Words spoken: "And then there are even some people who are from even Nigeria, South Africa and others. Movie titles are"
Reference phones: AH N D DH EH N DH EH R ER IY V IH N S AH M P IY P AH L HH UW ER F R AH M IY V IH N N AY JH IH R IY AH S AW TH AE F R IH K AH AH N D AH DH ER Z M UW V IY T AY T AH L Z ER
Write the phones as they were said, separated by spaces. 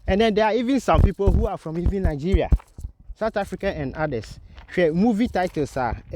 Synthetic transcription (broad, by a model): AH N D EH N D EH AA IY V IH N S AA M P IY P AH L HH UW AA F R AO M IY V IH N N AY JH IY R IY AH S AW T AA F R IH K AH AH N D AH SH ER M UW V IY T AY T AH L S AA